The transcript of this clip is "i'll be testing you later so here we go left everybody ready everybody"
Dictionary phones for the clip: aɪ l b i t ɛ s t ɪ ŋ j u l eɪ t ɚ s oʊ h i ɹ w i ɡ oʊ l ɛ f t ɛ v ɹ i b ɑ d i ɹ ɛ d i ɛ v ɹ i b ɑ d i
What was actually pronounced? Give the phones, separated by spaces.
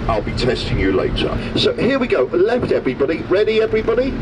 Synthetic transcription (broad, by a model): aɪ l b i t ɛ s t ɪ ŋ j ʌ l eɪ t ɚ s oʊ h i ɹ w i ɡ oʊ l ɛ f t ɛ v ɹ i b ɑ d i ɹ ɛ d i ɛ v ɹ i b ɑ d i